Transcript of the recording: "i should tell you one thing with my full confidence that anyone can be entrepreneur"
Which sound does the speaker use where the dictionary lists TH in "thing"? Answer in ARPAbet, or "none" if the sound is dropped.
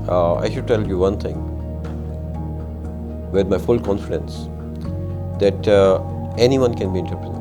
T